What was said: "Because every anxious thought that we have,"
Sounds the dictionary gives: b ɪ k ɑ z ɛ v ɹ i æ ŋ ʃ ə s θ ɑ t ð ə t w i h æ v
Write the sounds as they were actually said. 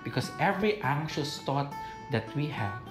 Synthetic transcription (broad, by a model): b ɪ k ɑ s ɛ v ɹ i æ ŋ ʃ ə s t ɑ t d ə t w i h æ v